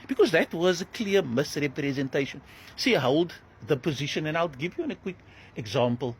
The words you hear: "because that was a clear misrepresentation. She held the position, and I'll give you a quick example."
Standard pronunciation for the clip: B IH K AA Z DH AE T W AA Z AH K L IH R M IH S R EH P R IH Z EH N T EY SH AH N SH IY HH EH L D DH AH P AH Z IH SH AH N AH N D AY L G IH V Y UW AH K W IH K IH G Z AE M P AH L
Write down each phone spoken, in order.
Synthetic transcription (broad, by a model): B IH K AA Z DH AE T W AA Z AH K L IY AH M IH S R EH P R IH Z EH N T EY SH AH N S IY HH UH L D DH AH P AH Z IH SH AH N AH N AY L G IH V Y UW AH K W IH K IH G Z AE M P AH L